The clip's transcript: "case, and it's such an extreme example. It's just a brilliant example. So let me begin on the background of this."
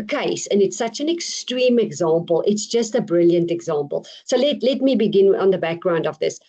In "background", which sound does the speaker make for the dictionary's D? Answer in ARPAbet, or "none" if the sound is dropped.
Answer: D